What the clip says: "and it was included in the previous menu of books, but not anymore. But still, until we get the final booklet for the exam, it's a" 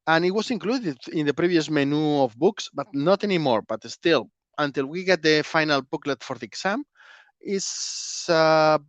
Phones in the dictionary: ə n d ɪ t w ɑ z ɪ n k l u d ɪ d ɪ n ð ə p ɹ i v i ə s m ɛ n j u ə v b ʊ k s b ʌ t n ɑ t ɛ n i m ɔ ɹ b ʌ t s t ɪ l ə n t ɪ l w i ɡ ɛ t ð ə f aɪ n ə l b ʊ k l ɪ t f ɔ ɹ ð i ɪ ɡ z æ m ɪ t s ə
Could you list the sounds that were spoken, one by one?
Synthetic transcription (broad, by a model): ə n ɪ t w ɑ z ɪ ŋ k l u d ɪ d ɪ n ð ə p ɹ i b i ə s m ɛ n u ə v b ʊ k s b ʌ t n ɑ t ɛ n i m ɔ ɹ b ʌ t s t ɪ l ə n t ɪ l w i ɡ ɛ t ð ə f aɪ n ə l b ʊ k l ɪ t f ɔ ɹ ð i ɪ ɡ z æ m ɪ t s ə